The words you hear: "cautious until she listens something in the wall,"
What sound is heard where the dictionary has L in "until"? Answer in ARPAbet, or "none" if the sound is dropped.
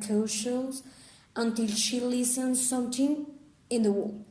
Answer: L